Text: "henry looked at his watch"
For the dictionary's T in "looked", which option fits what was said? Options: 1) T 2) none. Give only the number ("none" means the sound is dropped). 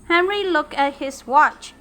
2